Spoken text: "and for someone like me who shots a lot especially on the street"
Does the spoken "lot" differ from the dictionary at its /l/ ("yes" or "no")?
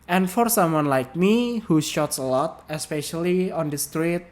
no